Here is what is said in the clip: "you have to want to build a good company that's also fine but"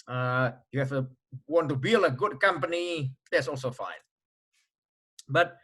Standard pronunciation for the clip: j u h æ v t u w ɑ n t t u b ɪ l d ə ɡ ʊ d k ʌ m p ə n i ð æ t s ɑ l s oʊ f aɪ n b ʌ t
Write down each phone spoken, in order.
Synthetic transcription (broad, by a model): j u h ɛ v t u w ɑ n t t u b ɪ l ə ɡ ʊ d k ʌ m p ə n i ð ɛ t s ɑ l s oʊ f aɪ n b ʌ t